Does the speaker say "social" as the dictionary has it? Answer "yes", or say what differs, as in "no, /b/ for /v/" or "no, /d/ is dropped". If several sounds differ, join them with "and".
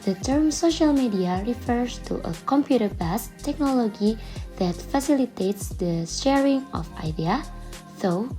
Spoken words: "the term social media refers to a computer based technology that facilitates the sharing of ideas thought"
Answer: yes